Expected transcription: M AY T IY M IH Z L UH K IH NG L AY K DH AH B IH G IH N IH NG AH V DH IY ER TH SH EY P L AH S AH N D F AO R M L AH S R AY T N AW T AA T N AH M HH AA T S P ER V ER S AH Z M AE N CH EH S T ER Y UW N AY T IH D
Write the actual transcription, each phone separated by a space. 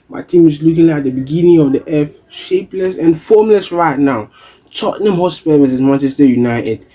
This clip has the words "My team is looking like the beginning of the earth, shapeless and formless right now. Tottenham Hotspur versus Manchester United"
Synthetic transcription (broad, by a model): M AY T IY M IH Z L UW K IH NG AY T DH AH B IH G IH N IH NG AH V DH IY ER F SH EY P L AH S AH N F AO M L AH S R AY T N AW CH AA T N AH M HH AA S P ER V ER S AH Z M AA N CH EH S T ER Y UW N AY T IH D